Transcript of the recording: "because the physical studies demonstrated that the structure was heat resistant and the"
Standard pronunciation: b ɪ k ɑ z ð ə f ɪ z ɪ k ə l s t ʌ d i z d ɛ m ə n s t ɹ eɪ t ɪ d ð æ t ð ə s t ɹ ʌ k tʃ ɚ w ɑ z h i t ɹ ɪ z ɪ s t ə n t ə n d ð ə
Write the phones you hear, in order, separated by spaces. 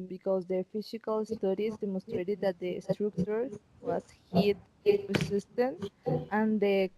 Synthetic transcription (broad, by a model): b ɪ k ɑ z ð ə f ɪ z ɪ k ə l s t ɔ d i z d ɛ m ə n s t ɹ eɪ t ɪ d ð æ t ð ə s t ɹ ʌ k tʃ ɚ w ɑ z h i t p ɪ s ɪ s t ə n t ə n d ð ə